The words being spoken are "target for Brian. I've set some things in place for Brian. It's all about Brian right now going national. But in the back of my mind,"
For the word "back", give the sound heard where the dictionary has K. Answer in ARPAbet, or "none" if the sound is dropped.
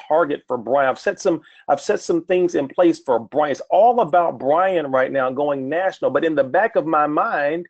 K